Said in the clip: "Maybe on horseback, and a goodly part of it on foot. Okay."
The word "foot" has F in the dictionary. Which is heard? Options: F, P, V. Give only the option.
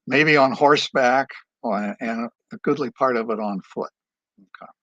F